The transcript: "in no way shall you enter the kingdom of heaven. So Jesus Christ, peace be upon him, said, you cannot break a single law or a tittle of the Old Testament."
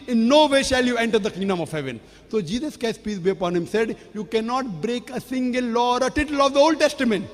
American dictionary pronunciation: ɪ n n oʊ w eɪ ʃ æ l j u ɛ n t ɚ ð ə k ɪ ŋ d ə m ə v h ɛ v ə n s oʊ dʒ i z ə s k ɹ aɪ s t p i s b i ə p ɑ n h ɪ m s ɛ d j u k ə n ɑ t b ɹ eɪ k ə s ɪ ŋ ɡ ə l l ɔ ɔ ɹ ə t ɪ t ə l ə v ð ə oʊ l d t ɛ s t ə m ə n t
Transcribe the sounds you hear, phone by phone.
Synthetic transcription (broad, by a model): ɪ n n oʊ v eɪ ʃ æ l j u ɛ n t ɚ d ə k ɪ ŋ d ə m ə v h ɛ v ə n s oʊ dʒ i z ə s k aɪ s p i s b i ə p ɑ n h ɪ m s ɛ d j u k ə n ɑ t b ɹ eɪ k ə s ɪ ŋ ɡ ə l l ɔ ɔ ɹ ə t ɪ t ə l ə v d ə oʊ l d t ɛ s t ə m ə n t